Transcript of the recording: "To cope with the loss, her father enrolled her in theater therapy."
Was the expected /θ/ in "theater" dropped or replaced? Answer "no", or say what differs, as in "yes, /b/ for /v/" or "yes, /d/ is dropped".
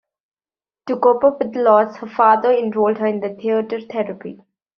yes, /t/ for /θ/